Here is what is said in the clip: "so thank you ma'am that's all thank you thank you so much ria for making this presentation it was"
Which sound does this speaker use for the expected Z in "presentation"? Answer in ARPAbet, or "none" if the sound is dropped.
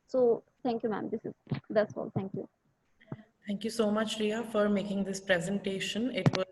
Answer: Z